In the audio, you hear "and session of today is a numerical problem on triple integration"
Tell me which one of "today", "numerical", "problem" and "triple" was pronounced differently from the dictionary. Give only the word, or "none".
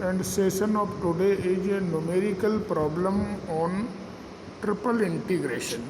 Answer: none